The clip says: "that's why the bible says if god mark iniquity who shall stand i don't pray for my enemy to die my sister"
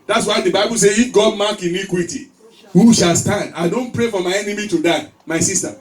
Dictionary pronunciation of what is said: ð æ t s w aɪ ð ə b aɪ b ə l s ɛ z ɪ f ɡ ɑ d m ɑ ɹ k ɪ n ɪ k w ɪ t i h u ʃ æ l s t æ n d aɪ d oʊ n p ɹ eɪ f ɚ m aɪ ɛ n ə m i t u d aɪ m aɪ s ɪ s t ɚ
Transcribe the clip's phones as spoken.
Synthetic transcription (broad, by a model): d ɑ t s w aɪ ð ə b aɪ b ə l s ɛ ɪ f ɡ ɑ d m ɑ k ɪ n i k w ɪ t i h u ʃ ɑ l s t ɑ n d aɪ d oʊ n p ɹ eɪ f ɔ m aɪ ɛ n ə m i t u d aɪ m aɪ s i s t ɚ